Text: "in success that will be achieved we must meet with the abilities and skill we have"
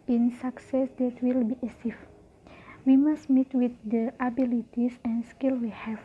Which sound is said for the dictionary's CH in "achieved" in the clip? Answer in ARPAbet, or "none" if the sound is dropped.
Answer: S